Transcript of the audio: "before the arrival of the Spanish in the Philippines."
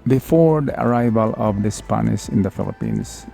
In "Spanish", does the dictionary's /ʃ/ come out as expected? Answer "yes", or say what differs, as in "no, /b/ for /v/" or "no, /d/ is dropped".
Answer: no, /s/ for /ʃ/